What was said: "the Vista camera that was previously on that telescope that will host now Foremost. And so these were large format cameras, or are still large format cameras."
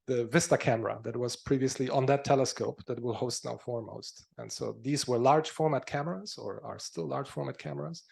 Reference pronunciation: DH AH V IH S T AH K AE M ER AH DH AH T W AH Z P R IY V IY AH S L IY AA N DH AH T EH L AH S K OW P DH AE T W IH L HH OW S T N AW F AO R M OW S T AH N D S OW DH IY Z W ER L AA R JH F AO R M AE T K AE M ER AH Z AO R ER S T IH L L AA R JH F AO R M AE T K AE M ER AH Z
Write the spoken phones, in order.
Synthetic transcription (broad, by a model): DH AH V IH S T AH K AE M ER AH DH AH T W AH Z P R IY V IY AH S L IY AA N DH AH T EH L AH S K OW P DH AE T W IH L HH OW S T N AW F AO R M OW S T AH N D S OW DH IY Z W ER L AA R JH F AO R M AE T K AE M ER AH Z AO R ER S T IH L L AA R JH F AO R M AE T K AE M ER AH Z